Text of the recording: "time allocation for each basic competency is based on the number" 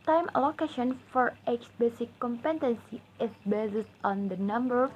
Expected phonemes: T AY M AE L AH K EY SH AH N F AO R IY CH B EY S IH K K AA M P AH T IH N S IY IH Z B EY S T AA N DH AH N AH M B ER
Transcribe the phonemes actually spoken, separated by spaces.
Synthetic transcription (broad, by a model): T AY M L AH K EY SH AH N F AO R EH S B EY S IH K K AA M P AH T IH N S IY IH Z B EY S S AA N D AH N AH M B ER